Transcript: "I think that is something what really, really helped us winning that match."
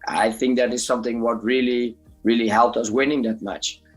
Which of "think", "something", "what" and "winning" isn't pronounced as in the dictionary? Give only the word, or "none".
none